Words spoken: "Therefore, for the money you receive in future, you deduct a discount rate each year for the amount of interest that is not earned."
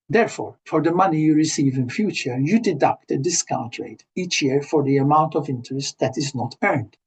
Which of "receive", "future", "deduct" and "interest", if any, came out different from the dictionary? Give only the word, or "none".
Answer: none